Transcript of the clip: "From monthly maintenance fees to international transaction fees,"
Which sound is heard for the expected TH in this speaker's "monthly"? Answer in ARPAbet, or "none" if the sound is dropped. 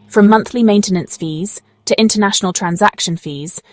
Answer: TH